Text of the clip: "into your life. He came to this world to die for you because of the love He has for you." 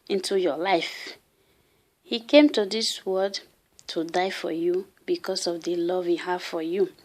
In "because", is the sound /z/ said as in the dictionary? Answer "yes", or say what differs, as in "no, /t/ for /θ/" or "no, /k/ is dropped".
no, /s/ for /z/